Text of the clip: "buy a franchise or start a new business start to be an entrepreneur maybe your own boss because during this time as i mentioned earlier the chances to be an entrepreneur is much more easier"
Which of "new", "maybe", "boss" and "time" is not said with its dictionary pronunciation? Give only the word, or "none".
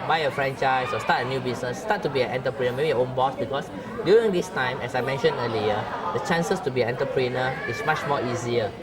none